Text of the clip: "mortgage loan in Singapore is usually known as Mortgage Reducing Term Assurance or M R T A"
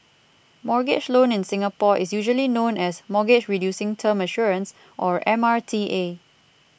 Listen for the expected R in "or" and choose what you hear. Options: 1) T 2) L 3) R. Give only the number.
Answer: 3